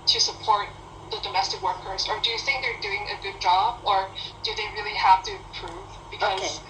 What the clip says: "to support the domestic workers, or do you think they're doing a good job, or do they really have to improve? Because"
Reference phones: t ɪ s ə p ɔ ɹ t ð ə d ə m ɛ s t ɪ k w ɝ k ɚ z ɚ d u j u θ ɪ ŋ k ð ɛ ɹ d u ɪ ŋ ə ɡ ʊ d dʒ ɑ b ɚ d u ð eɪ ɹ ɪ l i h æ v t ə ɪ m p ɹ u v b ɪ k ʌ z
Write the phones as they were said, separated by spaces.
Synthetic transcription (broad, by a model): t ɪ s ə p ɔ ɹ t ð ə d ə m ɛ s t ɪ k w ɝ k ɚ z ɚ d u j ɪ θ ɪ ŋ k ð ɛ ɹ d u ɪ ŋ ə ɡ ʊ d dʒ ɑ b ɚ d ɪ ð eɪ ɹ ɪ l i h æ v t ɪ p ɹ u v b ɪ k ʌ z